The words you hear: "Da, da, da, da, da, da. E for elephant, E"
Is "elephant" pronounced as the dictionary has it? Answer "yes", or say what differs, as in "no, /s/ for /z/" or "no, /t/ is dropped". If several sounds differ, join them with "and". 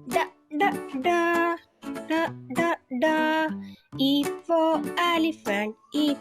no, /t/ is dropped